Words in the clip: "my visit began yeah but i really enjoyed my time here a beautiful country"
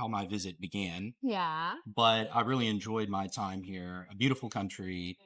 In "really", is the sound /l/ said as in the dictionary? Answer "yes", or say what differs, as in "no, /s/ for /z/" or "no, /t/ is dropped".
yes